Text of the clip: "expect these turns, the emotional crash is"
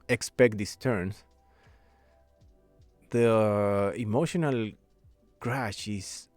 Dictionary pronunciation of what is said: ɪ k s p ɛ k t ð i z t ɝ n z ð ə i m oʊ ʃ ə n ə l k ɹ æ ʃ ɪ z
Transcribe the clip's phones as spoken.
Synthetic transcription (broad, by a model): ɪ k s p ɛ k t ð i s t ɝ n s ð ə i m oʊ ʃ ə n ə l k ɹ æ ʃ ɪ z